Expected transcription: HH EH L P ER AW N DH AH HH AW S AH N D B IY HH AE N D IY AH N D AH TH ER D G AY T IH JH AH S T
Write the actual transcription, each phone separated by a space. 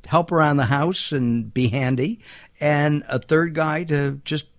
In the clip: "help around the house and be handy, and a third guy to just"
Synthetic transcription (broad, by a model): HH EH L P ER AW N DH AH HH AW S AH N B IY HH AE N D IY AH N AH TH ER D G AY T IH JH AH S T